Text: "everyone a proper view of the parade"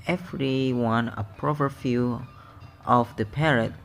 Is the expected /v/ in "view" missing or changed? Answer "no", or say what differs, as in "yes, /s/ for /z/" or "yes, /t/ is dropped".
yes, /f/ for /v/